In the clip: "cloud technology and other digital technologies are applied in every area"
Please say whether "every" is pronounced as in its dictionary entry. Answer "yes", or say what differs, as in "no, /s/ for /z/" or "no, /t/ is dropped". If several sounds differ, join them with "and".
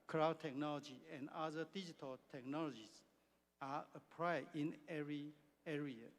no, /v/ is dropped